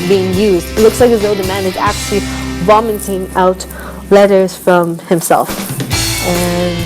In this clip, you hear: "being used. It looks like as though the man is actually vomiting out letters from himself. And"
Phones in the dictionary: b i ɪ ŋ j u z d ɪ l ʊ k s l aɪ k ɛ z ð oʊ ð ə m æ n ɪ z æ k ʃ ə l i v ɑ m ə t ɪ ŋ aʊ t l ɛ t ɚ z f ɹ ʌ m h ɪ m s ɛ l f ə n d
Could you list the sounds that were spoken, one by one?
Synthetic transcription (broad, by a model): b i ɪ ŋ j u z d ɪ l ʊ k s l aɪ k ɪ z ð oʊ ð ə m æ n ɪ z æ k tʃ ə l i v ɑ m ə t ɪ ŋ aʊ t l ɛ t ɚ z f ɹ ʌ m h ɪ m s ɛ l f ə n